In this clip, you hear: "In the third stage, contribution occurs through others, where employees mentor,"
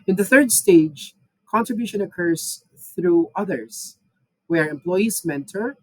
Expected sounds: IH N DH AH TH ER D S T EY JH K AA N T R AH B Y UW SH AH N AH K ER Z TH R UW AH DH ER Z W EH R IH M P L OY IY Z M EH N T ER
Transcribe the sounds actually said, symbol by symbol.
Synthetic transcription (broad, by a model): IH N DH AH TH ER D S T EY JH K AA N T R AH B Y UW SH AH N AH K ER Z TH R UW AH DH ER Z W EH R IH M P L OY IY Z M EH N T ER